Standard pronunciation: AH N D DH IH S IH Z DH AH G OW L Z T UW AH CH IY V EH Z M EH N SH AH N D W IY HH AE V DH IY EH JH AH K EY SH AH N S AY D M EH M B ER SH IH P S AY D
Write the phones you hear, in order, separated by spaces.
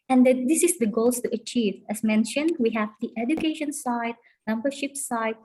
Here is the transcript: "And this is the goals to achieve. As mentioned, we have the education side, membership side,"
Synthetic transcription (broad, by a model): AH N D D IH S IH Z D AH G OW L S T UW AH CH IY V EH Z M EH N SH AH N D W IY HH AE V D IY EH JH AH K EY SH AH N S AY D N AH M B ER SH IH P S AY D